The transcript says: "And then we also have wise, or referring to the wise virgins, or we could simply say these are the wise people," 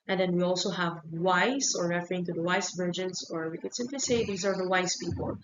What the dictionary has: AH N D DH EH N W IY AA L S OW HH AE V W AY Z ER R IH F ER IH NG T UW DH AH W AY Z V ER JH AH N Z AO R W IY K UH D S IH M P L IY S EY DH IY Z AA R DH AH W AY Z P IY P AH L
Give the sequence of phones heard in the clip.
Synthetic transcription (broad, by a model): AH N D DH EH N W IY AA L S OW HH AE V W AY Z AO R IH F ER IH NG T UW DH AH W AY S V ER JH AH N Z AO R W IY K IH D S IH M P L IY S EY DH IY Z AA R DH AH W AY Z P IY P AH L